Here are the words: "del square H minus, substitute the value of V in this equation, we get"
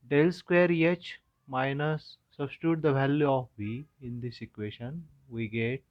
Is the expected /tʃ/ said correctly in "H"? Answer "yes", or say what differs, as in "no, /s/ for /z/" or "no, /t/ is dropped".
yes